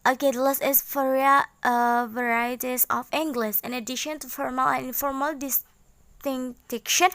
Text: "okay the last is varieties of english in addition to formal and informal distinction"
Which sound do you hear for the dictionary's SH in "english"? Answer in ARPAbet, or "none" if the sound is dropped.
S